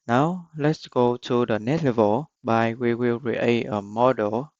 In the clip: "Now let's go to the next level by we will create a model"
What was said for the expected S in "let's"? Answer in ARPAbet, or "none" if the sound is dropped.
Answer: S